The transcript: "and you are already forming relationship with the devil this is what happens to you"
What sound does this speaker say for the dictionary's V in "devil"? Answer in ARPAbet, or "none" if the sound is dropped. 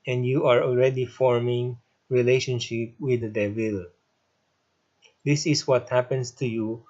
W